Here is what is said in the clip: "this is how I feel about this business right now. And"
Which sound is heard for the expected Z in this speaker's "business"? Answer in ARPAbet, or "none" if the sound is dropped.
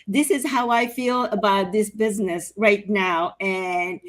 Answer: Z